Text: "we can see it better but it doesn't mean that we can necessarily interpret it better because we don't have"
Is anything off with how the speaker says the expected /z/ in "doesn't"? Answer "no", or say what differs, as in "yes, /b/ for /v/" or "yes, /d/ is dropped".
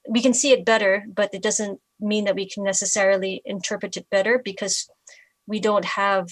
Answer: no